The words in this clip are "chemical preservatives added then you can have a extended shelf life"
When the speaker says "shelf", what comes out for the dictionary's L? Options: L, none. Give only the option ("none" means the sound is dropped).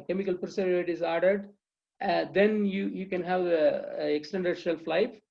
L